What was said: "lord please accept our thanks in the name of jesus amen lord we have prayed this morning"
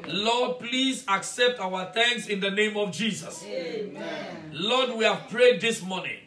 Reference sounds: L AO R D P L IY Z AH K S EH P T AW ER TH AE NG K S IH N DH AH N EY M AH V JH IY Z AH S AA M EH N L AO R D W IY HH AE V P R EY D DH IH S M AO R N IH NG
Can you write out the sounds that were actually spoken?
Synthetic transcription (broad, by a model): L AO D P L IY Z AH K S EH P T AW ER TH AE NG K S IH N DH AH N EY M AH V JH IY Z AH S L AO D W IY HH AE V P R EY D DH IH S M AO N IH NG